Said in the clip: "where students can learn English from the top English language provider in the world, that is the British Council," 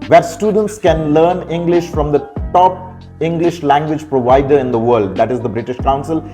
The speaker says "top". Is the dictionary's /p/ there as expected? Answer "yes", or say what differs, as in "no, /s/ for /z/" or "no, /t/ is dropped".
yes